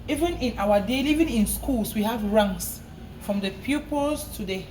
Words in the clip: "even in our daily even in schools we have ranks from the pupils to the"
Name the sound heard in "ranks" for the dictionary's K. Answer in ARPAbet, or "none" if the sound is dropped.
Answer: none